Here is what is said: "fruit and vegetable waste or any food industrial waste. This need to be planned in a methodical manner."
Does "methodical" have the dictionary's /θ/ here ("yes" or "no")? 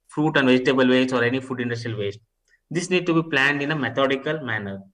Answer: no